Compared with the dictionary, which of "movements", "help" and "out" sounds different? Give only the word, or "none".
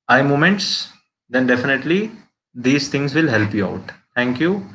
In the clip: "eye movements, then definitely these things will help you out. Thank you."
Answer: movements